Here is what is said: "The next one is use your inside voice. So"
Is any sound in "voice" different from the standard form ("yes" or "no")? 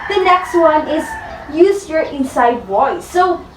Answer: yes